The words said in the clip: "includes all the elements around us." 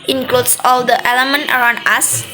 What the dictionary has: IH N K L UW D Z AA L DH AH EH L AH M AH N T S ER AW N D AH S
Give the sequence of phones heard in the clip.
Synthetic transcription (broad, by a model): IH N K L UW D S AA L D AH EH L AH M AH N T ER AW N D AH S